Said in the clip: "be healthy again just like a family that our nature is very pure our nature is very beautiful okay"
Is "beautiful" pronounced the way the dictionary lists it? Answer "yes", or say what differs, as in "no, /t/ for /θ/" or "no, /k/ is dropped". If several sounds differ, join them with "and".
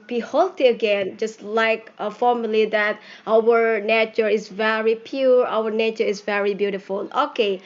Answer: yes